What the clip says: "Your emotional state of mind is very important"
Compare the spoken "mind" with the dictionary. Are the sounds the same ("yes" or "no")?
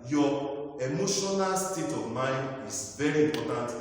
yes